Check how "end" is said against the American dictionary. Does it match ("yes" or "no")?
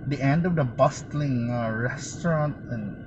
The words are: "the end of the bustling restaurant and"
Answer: yes